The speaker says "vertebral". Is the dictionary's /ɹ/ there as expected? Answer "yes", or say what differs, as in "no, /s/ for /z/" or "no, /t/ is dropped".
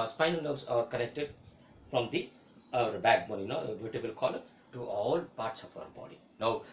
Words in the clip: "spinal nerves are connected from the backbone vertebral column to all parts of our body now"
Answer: no, /ɹ/ is dropped